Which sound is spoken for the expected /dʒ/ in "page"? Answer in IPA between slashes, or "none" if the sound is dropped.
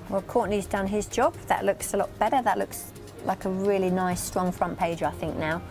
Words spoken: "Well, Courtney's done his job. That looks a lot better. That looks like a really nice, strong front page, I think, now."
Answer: /dʒ/